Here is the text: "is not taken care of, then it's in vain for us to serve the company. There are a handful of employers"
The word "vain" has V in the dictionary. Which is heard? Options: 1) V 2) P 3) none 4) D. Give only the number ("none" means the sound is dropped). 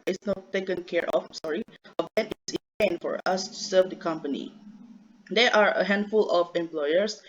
2